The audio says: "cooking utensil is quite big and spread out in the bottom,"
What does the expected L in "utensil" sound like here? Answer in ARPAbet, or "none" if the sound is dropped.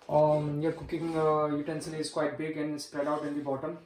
N